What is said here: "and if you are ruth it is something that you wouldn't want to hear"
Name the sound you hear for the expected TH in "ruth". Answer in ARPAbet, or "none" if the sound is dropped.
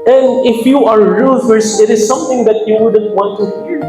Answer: S